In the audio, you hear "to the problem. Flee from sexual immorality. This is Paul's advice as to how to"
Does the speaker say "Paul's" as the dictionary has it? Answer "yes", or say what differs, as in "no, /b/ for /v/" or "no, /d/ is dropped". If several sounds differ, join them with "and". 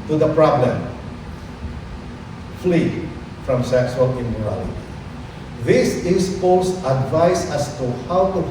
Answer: no, /s/ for /z/